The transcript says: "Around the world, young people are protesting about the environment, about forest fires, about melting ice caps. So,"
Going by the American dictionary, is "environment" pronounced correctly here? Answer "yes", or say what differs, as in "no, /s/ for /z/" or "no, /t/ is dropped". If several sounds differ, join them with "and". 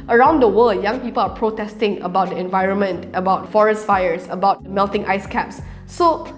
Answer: yes